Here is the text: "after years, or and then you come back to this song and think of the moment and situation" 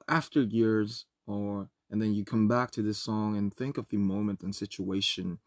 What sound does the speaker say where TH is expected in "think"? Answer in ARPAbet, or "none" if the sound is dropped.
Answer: TH